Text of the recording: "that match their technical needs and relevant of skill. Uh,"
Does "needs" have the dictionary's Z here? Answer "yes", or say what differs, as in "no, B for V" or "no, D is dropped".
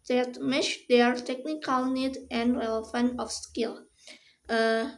no, Z is dropped